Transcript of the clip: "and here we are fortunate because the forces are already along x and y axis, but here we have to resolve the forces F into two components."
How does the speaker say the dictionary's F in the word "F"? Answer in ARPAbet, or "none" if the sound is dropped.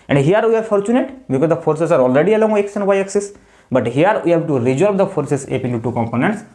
P